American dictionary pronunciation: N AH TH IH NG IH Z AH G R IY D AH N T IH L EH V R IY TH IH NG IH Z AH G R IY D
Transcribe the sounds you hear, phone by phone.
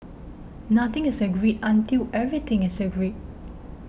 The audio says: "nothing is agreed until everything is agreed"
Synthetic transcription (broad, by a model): N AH T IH NG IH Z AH G R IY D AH N T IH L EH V R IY T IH NG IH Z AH G R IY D